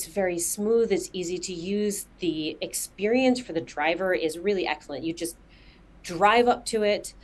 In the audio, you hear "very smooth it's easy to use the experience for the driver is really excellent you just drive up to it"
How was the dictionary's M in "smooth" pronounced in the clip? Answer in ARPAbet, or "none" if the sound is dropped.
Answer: M